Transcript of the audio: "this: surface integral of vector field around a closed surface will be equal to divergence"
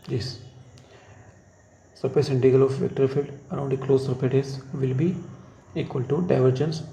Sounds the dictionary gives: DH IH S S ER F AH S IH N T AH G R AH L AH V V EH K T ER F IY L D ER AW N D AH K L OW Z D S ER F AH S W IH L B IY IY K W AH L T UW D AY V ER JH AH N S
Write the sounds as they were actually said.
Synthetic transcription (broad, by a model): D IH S S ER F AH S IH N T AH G AH L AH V V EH K T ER F IY L D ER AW N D AH K L OW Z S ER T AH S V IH L B IY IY K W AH L T UW D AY V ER JH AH N S